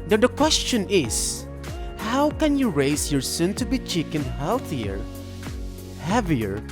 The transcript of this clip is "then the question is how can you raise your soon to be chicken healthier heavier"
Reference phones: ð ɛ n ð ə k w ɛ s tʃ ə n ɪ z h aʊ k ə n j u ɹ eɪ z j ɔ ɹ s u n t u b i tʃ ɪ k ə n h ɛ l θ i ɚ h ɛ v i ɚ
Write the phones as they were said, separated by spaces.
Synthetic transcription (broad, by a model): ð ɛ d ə k w ɛ s tʃ ə n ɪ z h aʊ k ə n j u ɹ eɪ s j ɔ ɹ s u n t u b i tʃ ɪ k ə n h ɛ l θ i ɚ h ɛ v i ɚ